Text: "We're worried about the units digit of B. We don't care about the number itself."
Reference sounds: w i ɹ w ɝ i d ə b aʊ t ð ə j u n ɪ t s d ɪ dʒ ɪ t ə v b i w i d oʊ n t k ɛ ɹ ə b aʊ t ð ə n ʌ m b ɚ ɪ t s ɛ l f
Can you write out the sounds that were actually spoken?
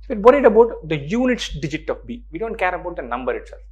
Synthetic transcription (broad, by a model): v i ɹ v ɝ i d ə b aʊ t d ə j u n ɪ t s d ɪ dʒ ɪ t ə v b i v i d oʊ n t k ɛ ɹ ə b aʊ t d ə n ʌ m b ɚ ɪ t s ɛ l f